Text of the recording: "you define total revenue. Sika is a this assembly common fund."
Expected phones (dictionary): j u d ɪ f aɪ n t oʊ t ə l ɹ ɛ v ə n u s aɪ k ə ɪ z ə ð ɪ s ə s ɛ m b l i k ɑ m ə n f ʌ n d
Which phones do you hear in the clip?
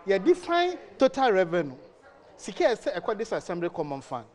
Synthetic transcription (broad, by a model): j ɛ d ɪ f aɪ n t oʊ t ə l ɹ ɛ v ə n u s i k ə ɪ s ə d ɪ s ə s ɛ m b l i k ɑ m ə n f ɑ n